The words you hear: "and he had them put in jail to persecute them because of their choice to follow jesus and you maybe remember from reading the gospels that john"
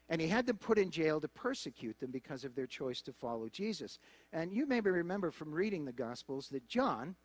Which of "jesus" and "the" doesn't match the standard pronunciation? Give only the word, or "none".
none